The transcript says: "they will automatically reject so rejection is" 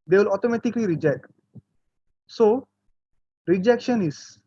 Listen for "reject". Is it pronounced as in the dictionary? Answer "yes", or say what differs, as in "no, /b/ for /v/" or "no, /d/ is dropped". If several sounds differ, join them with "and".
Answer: yes